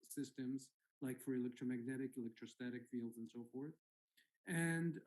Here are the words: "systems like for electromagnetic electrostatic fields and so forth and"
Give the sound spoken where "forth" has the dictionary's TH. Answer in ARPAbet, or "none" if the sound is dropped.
TH